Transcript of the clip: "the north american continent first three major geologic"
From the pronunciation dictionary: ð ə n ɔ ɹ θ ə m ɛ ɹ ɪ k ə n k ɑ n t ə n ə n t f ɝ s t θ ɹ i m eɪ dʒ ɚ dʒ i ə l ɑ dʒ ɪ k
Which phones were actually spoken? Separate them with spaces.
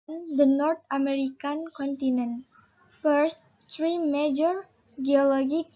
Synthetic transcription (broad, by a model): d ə n ɔ ɹ t ə m ɛ ɹ ɪ k ə n k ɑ n t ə n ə n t f ɝ s t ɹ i m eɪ dʒ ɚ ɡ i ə l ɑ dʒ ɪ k